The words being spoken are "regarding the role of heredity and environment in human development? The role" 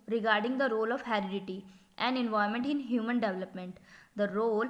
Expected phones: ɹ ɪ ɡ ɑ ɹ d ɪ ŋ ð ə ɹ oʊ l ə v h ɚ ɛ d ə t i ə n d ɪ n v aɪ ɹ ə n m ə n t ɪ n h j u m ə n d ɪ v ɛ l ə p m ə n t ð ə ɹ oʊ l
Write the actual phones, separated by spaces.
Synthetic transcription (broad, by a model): ɹ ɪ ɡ ɑ ɹ d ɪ ŋ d ə ɹ oʊ l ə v h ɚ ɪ d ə t i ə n d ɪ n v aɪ ə m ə n t ɪ n h j u m ə n d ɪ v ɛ l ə p m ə n t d ə ɹ oʊ l